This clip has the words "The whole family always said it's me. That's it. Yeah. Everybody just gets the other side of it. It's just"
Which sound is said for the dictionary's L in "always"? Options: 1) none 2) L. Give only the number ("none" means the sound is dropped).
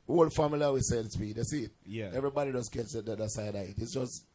1